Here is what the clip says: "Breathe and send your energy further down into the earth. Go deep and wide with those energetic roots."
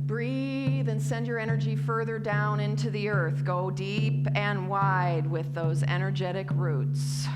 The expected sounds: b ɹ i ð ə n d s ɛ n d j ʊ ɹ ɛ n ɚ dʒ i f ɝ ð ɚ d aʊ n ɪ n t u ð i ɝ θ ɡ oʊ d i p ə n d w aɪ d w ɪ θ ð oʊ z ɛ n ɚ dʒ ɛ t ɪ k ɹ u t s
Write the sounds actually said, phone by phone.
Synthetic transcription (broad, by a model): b ɹ i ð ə n s ɛ n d j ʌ ɹ ɛ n ɚ dʒ i f ɝ ð ɚ d aʊ n ɪ n t u ð i ɝ θ ɡ oʊ d i p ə n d w aɪ d w ɪ ð oʊ z ɛ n ɚ dʒ ɛ t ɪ k ɹ u t s